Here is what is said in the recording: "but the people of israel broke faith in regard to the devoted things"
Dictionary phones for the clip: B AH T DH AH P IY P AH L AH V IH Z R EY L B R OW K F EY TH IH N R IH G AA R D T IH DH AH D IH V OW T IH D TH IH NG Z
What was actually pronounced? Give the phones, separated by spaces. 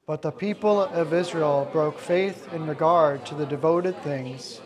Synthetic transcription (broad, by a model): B AH T DH AH P IY P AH L AH V IH Z R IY L B R OW K F EY TH IH N R IH G AA R D T IH DH AH D IH V OW T IH D TH IH NG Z